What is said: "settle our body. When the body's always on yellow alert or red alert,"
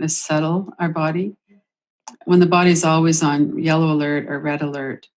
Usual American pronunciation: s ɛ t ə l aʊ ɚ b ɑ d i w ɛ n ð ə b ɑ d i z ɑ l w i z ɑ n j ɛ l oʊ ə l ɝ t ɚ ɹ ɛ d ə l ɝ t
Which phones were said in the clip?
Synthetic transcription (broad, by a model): s ɛ t l aʊ ɚ b ɑ d i w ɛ n ð ə b ɑ d i z ɑ l w i z n j ɛ l oʊ ə l ɝ t ɚ ɹ ɛ d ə l ɝ t